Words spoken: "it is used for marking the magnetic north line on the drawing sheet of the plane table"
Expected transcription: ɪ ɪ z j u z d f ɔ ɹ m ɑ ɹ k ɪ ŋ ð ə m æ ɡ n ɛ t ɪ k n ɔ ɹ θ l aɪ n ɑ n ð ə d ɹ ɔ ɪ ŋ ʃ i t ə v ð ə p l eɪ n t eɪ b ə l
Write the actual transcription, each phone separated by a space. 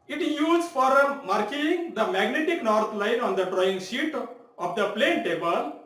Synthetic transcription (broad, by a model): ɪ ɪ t j u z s f ɔ ɹ m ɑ ɹ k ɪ ŋ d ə m æ ɡ n ɛ t ɪ k n ɔ ɹ t l aɪ n ɑ n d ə d ɹ ɔ ɪ ŋ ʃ i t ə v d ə p l eɪ n t eɪ b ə l